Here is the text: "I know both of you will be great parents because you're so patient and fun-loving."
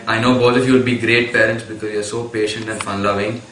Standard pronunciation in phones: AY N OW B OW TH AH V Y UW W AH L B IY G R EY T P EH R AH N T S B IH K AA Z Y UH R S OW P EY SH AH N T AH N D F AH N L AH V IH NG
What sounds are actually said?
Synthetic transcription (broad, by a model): AY N OW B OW T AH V Y UW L B IY G R EY T P EH R AH N T S B IH K AA Z Y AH R S OW P EY SH AH N T AH N D F AH N L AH V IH NG